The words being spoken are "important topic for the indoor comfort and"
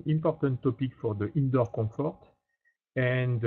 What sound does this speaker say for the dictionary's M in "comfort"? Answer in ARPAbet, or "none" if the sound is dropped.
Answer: none